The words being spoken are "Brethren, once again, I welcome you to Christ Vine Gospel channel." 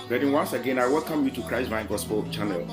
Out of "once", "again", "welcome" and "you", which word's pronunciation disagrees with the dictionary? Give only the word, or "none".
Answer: none